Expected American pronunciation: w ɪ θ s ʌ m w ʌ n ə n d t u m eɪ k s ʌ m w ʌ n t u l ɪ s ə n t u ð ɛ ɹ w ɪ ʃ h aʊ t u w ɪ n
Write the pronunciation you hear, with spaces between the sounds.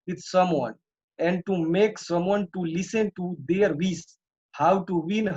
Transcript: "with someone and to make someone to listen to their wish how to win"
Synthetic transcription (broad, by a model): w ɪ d s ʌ m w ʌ n ə n d t u m eɪ k s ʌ m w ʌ n t u l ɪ s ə n t u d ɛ ɹ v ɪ s h aʊ t u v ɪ n